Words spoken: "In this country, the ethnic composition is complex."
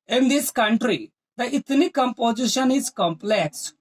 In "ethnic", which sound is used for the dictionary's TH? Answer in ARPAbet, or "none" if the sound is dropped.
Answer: T